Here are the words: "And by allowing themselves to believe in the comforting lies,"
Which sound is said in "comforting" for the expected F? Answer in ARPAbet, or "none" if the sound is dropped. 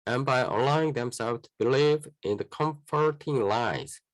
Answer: F